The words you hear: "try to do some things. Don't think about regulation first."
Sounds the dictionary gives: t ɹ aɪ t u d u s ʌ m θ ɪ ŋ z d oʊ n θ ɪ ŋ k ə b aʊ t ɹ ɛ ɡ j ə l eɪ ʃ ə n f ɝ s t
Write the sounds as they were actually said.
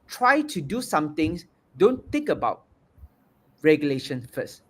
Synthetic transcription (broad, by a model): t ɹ aɪ t u d u s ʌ m t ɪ ŋ s d oʊ n t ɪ ŋ k ə b aʊ t ɹ ɛ ɡ j ə l eɪ ʃ ə n f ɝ s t